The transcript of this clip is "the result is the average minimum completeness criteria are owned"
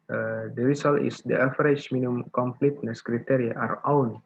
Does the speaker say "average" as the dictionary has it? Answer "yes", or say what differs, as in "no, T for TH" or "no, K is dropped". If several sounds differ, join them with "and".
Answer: no, F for V